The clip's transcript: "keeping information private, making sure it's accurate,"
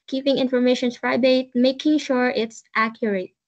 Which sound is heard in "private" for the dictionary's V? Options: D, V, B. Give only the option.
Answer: B